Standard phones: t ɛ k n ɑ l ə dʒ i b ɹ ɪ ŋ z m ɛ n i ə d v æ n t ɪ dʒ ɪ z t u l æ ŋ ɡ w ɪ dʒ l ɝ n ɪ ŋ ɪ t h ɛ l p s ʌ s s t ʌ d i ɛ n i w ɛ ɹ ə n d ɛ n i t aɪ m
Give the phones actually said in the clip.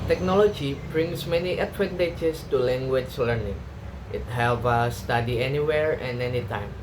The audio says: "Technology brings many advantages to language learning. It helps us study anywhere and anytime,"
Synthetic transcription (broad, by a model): t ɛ k n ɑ l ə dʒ i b ɹ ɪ ŋ s m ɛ n i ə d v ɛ n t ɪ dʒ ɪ s t u l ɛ ŋ ɡ w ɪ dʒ l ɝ n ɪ ŋ ɪ t h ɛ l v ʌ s s t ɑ d i ɛ n i w ɛ ɹ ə n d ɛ n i t aɪ m